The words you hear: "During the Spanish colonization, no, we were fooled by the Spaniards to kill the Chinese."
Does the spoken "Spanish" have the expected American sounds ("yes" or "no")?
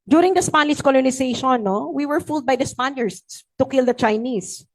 no